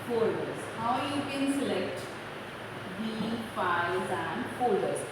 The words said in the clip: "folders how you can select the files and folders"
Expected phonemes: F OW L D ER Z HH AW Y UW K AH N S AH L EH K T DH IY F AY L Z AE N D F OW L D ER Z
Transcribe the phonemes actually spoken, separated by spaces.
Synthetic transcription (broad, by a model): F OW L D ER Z HH AW Y UW K AH N S AH L EH K T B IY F AY Z AE N D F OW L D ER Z